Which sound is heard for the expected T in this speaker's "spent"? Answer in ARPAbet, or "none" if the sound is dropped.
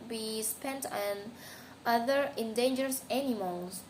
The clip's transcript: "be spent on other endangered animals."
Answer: T